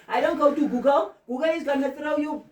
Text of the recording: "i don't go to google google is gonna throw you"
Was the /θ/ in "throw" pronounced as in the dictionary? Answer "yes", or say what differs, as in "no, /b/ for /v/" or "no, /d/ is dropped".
no, /s/ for /θ/